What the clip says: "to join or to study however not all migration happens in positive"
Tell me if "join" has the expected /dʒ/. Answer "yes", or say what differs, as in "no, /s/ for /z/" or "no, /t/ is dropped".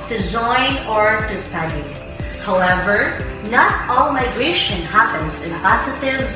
no, /z/ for /dʒ/